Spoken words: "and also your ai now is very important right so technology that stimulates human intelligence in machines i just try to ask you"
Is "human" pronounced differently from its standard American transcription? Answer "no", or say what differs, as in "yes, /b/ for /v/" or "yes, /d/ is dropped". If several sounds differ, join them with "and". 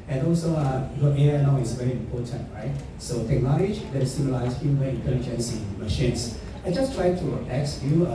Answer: yes, /n/ is dropped